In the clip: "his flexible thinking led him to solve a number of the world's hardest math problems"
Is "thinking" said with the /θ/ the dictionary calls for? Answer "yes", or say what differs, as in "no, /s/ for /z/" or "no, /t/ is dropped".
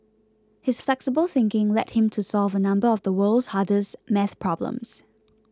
yes